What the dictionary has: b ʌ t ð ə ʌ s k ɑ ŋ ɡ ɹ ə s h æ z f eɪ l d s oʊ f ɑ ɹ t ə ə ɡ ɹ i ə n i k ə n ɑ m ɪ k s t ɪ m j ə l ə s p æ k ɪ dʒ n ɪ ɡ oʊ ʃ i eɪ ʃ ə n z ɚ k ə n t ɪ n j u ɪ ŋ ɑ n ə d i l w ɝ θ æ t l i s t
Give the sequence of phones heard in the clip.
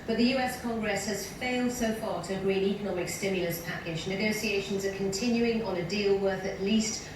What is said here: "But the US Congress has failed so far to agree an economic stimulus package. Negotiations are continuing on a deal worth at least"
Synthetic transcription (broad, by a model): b ʌ t ð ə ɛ s k ɑ ŋ ɡ ɹ ə s h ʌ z f eɪ l d s oʊ f ɑ ɹ t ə ə ɡ ɹ i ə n i k ə n ɑ m ɪ k s t ɪ m j ə l ə s p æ k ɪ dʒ n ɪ ɡ oʊ s i eɪ ʃ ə n z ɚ k ə n t ɪ n j u ɪ ŋ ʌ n ə d i l w ɝ θ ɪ t l i s t